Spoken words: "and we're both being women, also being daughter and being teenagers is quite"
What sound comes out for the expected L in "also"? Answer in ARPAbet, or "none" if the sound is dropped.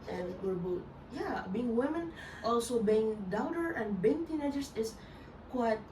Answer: L